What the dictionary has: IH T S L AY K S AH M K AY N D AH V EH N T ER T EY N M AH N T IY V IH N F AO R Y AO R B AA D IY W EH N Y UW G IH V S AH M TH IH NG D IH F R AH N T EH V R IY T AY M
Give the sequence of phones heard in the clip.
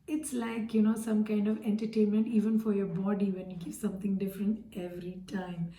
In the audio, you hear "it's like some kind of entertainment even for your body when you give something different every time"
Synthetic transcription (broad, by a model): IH T S L AY K S AH M K AY N D AH V EH N T ER T EY N M AH N T IY V IH N F AO R Y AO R B AA D IY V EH N Y UW G IH V S AH M T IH NG D IH F R AH N T EH V R IY T AY M